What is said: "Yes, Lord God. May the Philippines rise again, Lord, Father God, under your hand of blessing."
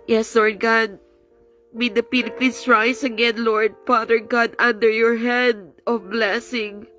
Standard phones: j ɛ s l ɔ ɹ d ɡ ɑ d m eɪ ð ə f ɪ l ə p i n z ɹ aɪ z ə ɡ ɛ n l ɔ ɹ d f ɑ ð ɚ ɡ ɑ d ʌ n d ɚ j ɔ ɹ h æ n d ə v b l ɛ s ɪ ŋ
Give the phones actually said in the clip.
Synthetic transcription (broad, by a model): j ɛ s l ɔ ɹ d ɡ ɑ d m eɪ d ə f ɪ l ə p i n s ɹ aɪ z ə ɡ ɛ n l ɔ ɹ d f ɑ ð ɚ ɡ ɑ d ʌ n d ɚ j ɔ ɹ h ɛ d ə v b l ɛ s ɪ ŋ